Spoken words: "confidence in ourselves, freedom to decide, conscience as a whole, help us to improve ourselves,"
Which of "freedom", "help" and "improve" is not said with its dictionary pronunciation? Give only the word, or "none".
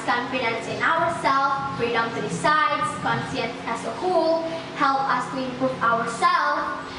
improve